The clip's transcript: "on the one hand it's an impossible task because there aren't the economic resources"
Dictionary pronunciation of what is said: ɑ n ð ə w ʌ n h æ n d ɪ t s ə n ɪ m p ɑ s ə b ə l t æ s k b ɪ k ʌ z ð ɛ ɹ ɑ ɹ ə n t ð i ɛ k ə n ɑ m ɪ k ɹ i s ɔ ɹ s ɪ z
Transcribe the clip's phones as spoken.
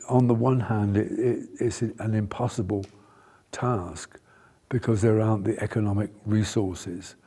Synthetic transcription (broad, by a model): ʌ n ð ə w ʌ n h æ n d ɪ t s ə n ɪ m p ɑ s ə b ə l t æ s k b ɪ k ʌ z ð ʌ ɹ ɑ ə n ð i ɛ k ə n ɑ m ɪ k ɹ i s ɔ ɹ s ɪ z